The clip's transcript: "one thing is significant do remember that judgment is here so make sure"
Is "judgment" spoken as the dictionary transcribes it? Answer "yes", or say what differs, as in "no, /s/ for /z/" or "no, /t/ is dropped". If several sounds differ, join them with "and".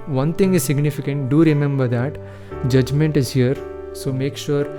yes